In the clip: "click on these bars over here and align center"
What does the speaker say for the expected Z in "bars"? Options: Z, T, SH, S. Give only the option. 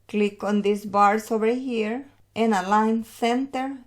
S